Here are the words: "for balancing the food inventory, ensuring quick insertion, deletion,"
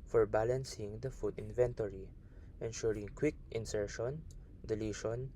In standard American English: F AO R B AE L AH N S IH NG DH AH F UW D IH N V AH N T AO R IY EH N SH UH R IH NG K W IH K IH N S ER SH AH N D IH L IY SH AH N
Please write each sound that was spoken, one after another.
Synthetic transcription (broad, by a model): F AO R B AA L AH N S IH NG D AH F UW D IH N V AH N T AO R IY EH N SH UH R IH NG K W IH K IH N S ER SH AH N D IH L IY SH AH N